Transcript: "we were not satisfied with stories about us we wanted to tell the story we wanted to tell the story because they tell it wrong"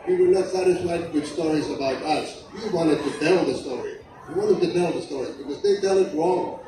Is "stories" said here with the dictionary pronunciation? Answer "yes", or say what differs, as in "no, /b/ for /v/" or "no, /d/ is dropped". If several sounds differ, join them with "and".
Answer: yes